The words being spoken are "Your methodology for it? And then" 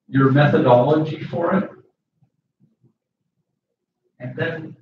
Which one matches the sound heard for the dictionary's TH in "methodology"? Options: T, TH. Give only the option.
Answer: TH